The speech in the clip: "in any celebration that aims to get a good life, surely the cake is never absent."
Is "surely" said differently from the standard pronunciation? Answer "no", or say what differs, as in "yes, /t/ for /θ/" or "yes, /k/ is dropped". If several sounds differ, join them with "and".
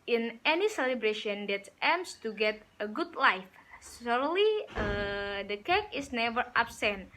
yes, /s/ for /ʃ/